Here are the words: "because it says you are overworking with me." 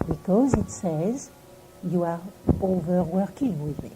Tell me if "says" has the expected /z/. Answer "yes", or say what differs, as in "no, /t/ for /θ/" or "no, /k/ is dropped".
yes